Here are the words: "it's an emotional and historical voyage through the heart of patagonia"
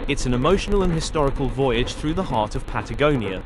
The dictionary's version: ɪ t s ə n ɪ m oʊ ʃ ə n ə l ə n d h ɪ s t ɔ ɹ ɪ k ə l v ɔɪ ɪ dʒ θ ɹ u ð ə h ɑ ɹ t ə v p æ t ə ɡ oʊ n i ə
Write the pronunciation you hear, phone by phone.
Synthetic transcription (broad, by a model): ɪ t s ə n ɪ m oʊ ʃ ə n ə l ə n h ɪ s t ɔ ɹ ɪ k ə l v ɔɪ ɪ dʒ θ ɹ u ð ə h ɑ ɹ t ə v p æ t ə ɡ oʊ n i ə